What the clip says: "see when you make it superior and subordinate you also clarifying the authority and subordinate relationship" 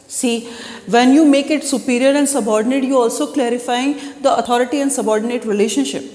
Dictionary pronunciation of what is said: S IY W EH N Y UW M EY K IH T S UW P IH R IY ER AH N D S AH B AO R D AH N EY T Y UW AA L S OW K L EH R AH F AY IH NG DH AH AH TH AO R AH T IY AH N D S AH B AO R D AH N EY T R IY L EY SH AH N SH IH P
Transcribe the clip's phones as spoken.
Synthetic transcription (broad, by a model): S IY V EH N Y UW M EY K IH T S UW P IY R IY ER AH N D S AH B AO R D AH N EY T Y UW AA L S OW K L EH R AH F AY IH NG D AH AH T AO R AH T IY AH N D S AH B AO R D AH N EY T R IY L EY SH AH N SH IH P